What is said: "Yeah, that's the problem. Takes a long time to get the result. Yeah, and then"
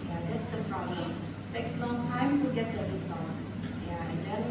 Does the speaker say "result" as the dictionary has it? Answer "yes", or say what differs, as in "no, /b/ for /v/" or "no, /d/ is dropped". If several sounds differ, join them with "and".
no, /s/ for /z/